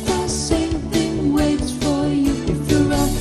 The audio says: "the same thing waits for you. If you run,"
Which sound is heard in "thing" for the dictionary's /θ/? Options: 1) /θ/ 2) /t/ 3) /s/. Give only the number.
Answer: 1